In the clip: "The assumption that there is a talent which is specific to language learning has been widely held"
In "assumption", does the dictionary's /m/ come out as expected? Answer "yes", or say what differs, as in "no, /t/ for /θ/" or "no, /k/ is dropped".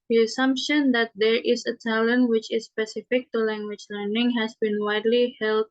yes